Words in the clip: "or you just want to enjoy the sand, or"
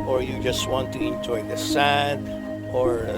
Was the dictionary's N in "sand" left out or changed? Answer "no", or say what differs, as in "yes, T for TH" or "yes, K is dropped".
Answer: yes, N is dropped